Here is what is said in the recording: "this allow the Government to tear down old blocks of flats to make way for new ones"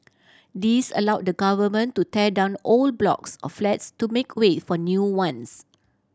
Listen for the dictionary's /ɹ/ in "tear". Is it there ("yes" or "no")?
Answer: no